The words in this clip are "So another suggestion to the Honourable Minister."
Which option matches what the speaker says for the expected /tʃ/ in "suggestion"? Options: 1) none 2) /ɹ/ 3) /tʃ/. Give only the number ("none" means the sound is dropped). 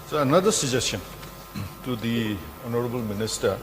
1